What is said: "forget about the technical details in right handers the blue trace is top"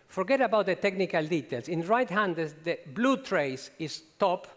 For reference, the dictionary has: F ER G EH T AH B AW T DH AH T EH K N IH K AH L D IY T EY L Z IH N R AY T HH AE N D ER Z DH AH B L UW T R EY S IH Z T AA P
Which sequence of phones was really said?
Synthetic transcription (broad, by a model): F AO G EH T AH B AW T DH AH T EH K N IH K AH L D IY T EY L S IH N R AY T HH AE N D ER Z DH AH B L UW T R EY S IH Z T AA P